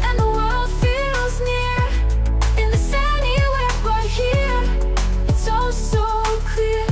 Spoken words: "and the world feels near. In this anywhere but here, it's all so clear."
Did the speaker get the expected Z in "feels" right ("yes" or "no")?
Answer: yes